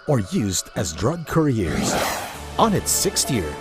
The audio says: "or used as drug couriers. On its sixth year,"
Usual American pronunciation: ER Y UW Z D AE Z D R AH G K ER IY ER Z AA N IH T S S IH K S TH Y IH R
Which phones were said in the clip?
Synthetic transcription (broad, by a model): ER Y UW Z D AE Z D R AH G K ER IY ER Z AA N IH T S S IH K S T Y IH R